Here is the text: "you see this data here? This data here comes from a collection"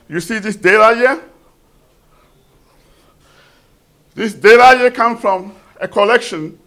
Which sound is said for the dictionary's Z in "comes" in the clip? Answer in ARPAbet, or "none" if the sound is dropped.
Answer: none